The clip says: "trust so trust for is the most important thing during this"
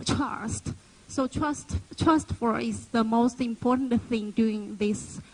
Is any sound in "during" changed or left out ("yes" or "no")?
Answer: yes